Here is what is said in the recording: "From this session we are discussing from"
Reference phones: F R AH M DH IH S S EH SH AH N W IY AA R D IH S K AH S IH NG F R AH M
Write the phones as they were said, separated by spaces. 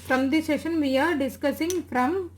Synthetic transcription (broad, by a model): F R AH M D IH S S EH SH AH N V IY AA R D IH S K AH S IH NG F R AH M